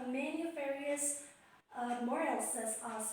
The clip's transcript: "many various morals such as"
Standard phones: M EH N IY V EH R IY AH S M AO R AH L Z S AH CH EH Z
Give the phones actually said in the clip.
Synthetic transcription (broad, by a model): M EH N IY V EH R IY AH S M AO R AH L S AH S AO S